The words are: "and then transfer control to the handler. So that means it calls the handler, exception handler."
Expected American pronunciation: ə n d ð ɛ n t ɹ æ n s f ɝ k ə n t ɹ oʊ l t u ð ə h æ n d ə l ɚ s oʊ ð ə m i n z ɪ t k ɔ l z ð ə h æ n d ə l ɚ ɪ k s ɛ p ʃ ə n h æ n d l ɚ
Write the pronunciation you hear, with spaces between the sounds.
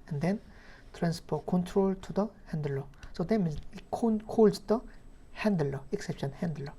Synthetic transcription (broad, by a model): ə n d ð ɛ n t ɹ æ n s p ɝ k ə n t ɹ oʊ l t u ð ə h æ n d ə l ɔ s oʊ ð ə m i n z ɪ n k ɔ l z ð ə h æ n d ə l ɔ ɪ k s ɛ p ʃ ə n h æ n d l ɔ